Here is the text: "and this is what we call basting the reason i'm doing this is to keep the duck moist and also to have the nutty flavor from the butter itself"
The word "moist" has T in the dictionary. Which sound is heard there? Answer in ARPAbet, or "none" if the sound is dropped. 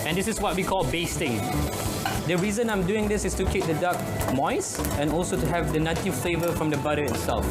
none